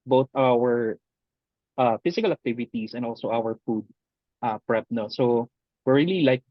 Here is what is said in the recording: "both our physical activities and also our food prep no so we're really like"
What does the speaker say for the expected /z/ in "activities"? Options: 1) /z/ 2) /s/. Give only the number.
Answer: 2